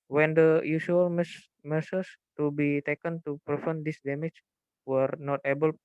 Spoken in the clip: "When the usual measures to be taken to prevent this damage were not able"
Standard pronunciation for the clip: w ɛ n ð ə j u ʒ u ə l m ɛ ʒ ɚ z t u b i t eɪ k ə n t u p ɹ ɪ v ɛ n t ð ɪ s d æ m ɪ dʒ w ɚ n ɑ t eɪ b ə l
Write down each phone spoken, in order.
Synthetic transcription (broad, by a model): w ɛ n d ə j u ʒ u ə l m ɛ s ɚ s t u b i t eɪ k ə n t u p ɹ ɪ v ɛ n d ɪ s d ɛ m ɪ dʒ w ɚ n ɑ t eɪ b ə l